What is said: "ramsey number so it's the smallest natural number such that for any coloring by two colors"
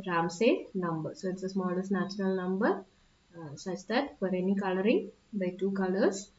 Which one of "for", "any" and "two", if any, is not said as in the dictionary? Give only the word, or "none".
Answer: for